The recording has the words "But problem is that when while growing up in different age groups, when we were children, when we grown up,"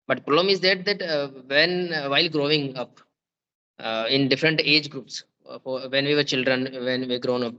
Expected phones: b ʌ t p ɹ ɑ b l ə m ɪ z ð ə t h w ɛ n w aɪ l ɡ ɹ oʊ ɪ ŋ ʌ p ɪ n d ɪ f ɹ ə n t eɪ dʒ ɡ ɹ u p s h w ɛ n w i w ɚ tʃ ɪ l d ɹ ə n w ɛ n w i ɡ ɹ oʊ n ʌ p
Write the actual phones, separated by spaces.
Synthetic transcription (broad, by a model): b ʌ t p ɹ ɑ l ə m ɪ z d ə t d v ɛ n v aɪ l ɡ ɹ oʊ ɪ ŋ ʌ p ɪ n d ɪ f ɹ ə n t eɪ dʒ ɡ ɹ u p s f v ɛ n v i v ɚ tʃ ɪ l d ɹ ə n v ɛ n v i ɡ ɹ oʊ n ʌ p